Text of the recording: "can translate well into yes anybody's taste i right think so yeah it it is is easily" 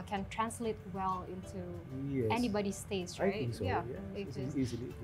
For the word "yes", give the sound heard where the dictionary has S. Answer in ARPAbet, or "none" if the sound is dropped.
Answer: none